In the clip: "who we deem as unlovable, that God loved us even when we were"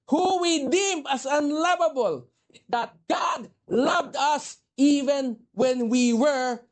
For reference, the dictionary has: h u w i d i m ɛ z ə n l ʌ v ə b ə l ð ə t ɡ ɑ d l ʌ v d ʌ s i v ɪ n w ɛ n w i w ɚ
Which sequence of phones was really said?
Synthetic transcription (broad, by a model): h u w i d i m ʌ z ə n l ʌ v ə b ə l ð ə t ɡ ɑ d l ʌ v d ʌ s i v ɪ n w ɛ n w i w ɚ